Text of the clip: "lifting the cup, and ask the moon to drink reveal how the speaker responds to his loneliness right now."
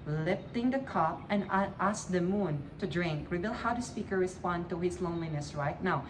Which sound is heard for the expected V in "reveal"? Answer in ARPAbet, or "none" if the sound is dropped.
B